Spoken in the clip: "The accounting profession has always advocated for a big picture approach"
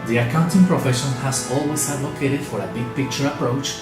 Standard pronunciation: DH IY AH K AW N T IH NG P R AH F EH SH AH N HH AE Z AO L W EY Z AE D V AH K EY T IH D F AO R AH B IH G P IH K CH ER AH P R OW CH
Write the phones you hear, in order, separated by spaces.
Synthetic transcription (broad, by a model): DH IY AH K AW N T IH NG P R AH F EH SH AH N HH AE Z AO L W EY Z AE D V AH K EY T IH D F AO R AH B IH G P IH K CH ER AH P R OW CH